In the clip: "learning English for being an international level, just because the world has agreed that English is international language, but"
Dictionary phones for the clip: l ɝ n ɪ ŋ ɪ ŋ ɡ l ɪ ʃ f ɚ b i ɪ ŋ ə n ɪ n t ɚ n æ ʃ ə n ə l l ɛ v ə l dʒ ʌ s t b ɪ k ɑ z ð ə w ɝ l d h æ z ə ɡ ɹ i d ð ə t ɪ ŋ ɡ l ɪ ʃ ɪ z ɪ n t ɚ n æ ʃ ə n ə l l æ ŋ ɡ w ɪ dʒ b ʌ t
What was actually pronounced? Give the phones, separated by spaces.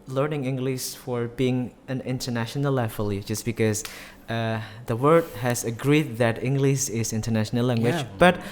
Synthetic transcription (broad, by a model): l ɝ n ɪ ŋ ɪ ŋ ɡ l ɪ ʃ f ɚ b i ɪ ŋ ə n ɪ n t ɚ n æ ʃ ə n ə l l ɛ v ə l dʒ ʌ s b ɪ k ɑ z ð ə w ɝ d h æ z ə ɡ ɹ i d ð ə t ɪ ŋ ɡ l ɪ ʃ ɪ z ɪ n t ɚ n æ ʃ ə n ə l l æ ŋ ɡ w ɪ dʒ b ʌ t